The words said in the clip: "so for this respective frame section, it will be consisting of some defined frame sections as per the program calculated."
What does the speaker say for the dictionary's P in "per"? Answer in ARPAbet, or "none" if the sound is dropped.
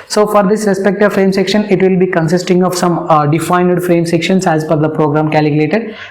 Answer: F